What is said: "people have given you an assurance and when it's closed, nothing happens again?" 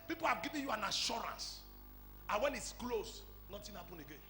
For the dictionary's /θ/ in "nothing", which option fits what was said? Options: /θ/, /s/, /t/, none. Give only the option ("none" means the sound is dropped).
/t/